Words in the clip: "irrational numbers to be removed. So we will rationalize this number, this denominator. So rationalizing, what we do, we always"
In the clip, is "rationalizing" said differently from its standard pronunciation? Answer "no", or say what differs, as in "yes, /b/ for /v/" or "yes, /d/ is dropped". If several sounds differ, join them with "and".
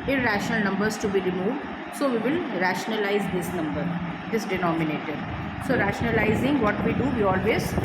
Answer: no